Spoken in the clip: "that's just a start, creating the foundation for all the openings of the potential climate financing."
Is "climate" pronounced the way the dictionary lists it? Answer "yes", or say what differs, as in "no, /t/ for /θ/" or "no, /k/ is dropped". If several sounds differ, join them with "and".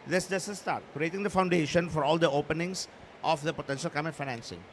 no, /l/ is dropped